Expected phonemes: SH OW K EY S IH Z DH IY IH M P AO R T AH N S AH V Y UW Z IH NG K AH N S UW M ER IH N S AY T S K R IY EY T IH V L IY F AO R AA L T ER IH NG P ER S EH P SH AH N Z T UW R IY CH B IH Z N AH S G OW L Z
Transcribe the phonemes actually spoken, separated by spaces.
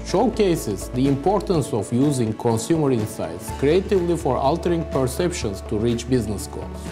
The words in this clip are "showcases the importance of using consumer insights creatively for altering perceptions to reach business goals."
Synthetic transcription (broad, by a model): SH OW K EY S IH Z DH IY IH M P AO R T AH N S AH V Y UW Z IH NG K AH N S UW M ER IH N S AY T S K R IY EY T IH V L IY F AO R AA L T ER IH NG P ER S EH P SH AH N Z T UW R IY CH B IH Z N AH S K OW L